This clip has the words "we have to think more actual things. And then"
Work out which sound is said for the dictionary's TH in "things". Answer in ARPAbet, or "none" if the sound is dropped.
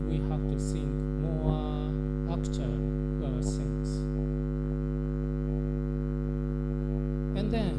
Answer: S